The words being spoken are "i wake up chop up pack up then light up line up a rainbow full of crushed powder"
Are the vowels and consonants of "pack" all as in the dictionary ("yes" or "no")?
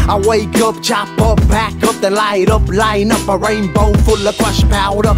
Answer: no